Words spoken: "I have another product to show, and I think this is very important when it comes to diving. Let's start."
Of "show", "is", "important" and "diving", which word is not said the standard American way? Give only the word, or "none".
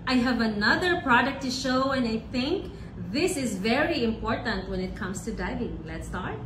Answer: none